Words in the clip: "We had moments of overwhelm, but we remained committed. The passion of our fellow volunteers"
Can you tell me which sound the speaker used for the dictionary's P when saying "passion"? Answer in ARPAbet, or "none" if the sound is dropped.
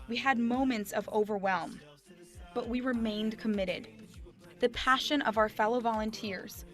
P